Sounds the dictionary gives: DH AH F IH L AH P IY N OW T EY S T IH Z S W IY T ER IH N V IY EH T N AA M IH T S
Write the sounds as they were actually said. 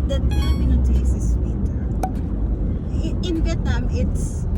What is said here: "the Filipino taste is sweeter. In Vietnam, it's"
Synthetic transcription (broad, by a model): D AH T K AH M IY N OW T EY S IH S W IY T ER IH N V IY EH T N AA M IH T S